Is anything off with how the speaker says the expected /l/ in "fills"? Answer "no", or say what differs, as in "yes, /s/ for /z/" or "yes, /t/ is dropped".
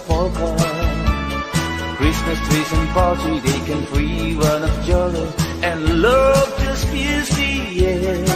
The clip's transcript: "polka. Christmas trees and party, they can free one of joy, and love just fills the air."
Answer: yes, /l/ is dropped